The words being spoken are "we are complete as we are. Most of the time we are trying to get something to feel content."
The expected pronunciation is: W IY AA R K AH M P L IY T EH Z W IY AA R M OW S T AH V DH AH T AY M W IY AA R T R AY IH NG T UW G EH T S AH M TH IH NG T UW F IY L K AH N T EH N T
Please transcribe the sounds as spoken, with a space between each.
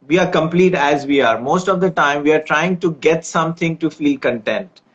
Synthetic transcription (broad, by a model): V IY AA R K AH M P L IY T EH Z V IY AA R M OW S T AH V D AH T AY M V IY AA R T R AY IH NG T UW G EH T S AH M T IH NG T UW F IY L K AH N T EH N T